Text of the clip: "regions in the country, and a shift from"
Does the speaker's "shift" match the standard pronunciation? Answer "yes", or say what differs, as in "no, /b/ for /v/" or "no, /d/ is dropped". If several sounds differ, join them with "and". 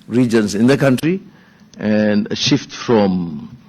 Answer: yes